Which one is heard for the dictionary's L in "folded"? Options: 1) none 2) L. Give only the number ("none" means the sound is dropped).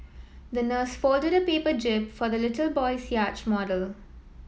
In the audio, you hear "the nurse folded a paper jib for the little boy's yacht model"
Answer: 2